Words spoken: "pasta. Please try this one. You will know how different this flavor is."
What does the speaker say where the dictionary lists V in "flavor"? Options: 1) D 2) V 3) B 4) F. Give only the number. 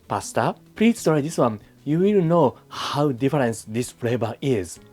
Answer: 3